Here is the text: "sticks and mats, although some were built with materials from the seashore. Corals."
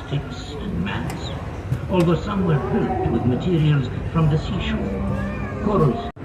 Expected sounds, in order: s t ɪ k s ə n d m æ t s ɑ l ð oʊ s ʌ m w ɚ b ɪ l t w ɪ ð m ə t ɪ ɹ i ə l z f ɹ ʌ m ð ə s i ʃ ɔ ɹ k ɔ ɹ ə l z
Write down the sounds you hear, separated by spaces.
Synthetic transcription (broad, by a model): t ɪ k s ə n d m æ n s ɑ l ð oʊ s ʌ m w ɚ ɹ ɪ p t w ɪ ð m ə t ɪ ɹ i ə l z f ɹ ʌ m ð ə s i ʃ ɔ ɹ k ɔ ɹ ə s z